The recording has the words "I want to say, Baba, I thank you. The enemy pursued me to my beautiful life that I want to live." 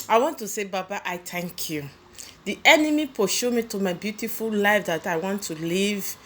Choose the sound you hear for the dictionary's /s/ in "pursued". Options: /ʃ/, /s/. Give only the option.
/ʃ/